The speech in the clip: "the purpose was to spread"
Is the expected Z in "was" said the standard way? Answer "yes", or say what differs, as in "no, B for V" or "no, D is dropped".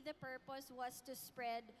no, S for Z